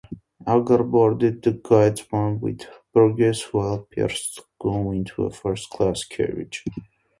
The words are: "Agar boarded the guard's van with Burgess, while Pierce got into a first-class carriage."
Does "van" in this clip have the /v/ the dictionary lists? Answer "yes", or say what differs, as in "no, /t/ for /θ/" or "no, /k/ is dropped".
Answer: no, /w/ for /v/